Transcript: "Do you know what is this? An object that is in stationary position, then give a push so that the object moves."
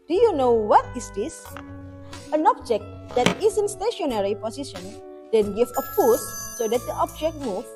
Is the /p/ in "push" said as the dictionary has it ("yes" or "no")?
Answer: no